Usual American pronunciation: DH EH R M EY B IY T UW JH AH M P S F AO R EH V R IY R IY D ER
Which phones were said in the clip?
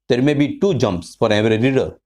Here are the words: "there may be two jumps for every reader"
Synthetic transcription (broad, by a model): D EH R M EY B IY T UW JH AH M P S F AO R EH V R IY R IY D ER